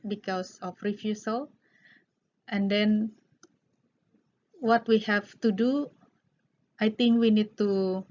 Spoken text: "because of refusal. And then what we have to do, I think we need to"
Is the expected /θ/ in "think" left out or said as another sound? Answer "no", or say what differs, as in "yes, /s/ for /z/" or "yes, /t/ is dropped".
yes, /t/ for /θ/